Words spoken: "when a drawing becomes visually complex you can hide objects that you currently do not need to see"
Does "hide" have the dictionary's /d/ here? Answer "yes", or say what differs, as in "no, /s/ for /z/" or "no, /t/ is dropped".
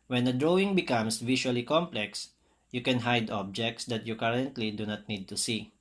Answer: yes